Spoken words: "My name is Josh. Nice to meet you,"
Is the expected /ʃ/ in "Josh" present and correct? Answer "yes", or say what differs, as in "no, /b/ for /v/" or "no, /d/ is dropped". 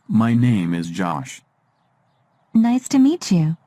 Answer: yes